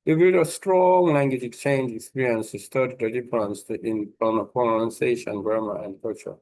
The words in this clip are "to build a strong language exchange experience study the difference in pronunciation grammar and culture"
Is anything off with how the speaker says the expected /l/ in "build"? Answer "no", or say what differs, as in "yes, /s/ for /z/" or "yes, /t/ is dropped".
yes, /l/ is dropped